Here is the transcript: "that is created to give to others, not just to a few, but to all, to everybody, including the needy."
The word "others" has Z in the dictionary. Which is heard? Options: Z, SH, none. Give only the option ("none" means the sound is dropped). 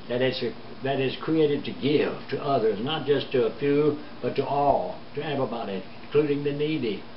Z